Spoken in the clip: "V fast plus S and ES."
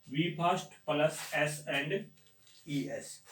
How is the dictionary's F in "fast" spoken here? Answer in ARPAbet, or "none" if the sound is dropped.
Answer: P